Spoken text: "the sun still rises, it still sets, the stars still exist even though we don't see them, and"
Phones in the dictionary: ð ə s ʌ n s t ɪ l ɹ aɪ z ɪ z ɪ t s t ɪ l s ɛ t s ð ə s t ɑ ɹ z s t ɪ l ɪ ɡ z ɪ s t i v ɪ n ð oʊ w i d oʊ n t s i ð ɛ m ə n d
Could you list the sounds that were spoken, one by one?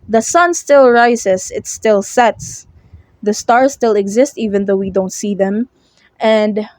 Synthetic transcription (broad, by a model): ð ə s ʌ n s t ɪ l ɹ aɪ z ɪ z ɪ t s t ɪ l s ɛ t s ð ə s t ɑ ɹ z s t ɪ l ɪ ɡ z ɪ s t i v ɪ n ð oʊ w i d oʊ n t s i ð ɛ m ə n d